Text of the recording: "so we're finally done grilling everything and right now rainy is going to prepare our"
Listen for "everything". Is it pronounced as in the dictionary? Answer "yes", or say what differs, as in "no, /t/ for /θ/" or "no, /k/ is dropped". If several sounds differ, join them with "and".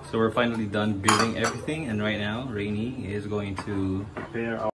yes